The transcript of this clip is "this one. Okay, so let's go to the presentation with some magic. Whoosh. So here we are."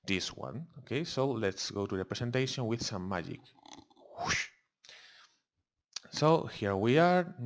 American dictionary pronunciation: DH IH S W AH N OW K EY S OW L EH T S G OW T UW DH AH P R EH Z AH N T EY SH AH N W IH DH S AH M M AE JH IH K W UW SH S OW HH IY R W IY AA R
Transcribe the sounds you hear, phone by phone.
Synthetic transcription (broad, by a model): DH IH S W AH N OW K EY S OW L EH T S G OW T UW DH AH P R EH S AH N T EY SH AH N W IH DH S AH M M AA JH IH K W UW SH S OW HH IY R W IY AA R